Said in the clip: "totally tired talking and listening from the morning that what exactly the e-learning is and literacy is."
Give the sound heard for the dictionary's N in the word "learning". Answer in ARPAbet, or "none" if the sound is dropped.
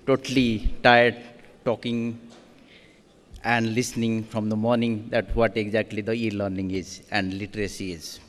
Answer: N